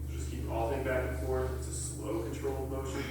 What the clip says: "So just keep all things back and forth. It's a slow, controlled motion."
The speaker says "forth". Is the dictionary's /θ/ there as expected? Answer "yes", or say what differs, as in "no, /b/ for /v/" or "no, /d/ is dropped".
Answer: no, /t/ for /θ/